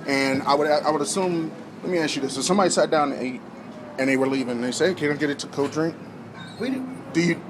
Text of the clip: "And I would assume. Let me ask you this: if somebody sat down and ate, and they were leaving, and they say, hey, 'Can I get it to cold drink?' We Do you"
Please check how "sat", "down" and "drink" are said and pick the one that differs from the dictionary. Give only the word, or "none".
down